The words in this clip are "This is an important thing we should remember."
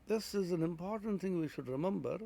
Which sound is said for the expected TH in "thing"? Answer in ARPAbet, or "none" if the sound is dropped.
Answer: TH